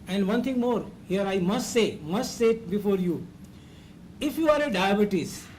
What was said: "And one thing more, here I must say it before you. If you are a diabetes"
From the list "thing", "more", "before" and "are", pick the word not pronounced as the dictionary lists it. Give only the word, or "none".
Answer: thing